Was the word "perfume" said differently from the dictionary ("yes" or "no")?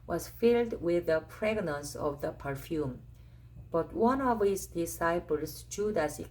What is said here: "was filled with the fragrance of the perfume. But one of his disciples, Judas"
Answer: no